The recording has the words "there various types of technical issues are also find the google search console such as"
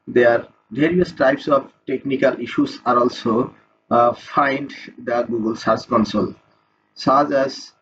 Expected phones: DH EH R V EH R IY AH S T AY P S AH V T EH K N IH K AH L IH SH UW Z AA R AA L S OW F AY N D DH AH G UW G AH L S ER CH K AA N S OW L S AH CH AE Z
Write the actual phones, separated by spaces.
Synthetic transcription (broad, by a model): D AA R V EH R IY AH S T AY P S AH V T EH K N IH K AH L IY SH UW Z AA R AA L S OW F AY N D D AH G UW G AH L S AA S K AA N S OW L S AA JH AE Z